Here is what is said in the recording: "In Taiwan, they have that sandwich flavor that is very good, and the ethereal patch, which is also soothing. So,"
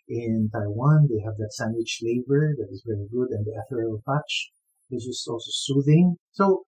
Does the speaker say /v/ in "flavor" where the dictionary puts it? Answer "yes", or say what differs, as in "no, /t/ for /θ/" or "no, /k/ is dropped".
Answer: no, /b/ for /v/